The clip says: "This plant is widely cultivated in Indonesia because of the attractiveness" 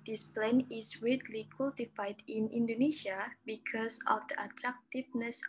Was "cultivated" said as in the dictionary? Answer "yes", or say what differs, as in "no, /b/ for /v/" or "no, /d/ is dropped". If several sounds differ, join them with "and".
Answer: no, /f/ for /v/